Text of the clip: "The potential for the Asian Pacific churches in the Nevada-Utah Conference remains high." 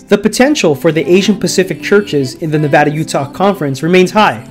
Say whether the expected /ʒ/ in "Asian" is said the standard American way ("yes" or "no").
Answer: yes